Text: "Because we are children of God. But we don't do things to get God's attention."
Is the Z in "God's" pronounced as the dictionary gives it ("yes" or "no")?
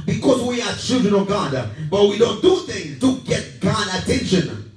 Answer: no